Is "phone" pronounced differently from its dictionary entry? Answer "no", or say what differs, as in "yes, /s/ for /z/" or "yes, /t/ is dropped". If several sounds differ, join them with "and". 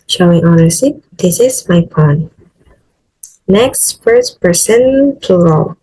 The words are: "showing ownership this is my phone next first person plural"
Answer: yes, /p/ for /f/